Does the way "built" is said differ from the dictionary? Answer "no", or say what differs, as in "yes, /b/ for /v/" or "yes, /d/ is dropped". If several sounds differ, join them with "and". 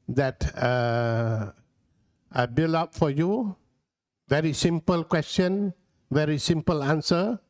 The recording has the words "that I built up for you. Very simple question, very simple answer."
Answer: yes, /t/ is dropped